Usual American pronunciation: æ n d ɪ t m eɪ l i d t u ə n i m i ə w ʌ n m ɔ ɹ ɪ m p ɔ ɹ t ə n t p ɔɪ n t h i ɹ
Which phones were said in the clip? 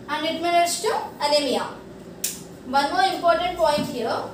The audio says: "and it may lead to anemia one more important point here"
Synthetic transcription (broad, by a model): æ n d ɪ t m eɪ n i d t u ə l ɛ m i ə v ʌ n m ɔ ɹ ɪ m p ɔ ɹ t ə n t p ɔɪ n t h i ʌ